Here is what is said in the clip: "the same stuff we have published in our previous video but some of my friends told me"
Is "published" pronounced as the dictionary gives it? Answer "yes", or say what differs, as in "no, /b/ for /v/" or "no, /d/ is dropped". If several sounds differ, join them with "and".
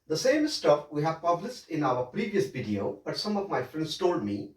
no, /s/ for /ʃ/